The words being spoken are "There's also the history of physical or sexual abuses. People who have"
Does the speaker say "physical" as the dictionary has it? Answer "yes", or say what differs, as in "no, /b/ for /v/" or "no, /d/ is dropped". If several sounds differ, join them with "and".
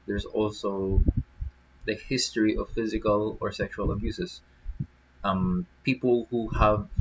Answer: yes